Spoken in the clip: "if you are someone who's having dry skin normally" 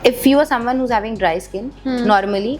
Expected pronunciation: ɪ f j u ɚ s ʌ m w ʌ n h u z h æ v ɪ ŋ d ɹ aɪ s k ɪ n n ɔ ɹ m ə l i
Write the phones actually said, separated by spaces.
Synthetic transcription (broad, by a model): ɪ f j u ɚ s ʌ m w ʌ n h u z h æ v ɪ ŋ d ɹ aɪ s k ɪ n n ɔ ɹ m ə l i